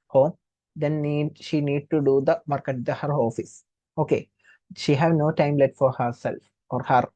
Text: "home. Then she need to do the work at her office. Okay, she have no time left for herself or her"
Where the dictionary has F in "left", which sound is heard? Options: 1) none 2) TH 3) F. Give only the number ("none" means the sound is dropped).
1